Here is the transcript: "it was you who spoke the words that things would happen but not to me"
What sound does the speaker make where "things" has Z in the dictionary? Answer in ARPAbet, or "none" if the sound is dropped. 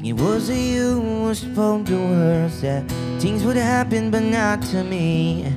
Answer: Z